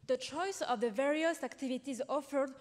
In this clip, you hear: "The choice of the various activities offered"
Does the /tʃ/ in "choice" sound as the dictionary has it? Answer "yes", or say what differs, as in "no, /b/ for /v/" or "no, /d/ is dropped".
yes